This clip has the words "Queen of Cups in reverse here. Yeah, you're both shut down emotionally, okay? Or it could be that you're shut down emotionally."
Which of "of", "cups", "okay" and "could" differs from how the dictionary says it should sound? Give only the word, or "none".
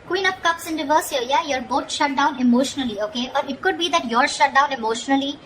of